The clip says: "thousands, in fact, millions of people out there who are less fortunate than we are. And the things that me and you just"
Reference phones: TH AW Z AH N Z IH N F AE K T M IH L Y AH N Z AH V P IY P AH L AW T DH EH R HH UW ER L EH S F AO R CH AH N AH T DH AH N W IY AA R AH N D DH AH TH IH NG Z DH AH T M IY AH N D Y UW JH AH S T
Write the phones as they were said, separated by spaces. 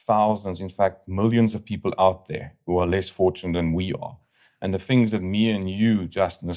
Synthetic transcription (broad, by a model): TH AW Z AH N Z IH N F AE K T M IH L Y AH N Z AH V P IY P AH L AW T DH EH R HH UW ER L EH S F AO R CH AH N AH T DH AH N W IY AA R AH N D DH AH TH IH NG Z DH AH T M IY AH N Y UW JH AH S T